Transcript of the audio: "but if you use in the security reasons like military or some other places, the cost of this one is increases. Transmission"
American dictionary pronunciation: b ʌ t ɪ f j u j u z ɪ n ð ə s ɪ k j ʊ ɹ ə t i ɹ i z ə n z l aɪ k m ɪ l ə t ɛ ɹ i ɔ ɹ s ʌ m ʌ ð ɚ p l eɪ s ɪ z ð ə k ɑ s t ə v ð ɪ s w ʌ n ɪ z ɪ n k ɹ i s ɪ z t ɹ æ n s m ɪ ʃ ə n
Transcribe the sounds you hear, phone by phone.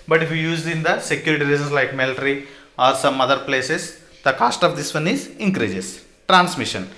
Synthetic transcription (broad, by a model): b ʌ t ɪ f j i j u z ɪ n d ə s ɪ k j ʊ ɹ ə t i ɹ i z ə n s l aɪ k m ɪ l t ɹ i ɔ ɹ s ʌ m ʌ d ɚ p l eɪ s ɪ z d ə k ɑ s t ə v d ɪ s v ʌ n ɪ z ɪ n k ɹ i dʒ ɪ s t ɹ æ n s m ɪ ʃ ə n